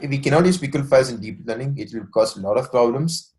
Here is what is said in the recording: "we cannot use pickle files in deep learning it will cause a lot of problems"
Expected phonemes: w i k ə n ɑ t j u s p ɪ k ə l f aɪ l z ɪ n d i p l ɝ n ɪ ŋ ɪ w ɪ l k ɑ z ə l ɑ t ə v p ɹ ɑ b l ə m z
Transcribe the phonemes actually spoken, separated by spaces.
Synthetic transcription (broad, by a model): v i k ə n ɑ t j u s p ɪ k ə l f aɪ z ɪ n d i p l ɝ n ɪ ŋ ɪ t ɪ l k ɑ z ə l ɑ t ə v p ɹ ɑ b l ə m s